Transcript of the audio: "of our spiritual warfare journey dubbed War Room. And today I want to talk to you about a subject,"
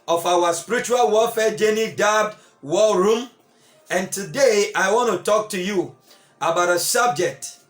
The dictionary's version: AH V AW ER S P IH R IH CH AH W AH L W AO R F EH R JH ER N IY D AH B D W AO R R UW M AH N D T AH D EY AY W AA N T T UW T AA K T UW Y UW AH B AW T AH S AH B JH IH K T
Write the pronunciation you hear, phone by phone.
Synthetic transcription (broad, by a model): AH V AW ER S P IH R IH CH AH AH L W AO L F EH JH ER N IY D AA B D W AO L R UW M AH N T AH D EY AY W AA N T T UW T AA K T UW Y UW AH B AW T AH S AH B JH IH K T